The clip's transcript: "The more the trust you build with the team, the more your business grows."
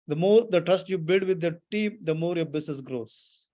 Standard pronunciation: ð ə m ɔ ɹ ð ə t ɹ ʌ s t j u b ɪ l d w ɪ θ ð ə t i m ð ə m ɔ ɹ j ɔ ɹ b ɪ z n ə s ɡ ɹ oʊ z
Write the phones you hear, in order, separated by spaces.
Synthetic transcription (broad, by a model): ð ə m ɔ ɹ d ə t ɹ ʌ s t j u b ɪ l d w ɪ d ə t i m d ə m ɔ ɹ j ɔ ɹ b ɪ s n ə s ɡ ɹ oʊ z